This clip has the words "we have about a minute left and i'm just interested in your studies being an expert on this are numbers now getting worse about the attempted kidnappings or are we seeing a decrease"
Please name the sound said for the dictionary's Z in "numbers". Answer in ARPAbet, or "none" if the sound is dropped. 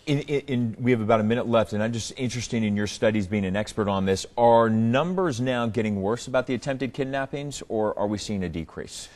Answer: Z